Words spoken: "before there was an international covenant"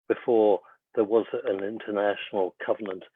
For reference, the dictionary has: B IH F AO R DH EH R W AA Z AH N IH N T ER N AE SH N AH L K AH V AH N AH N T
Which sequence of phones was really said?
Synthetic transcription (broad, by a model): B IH F AO R DH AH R W AA Z AH N IH N T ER N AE SH N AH L K AH V AH N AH N T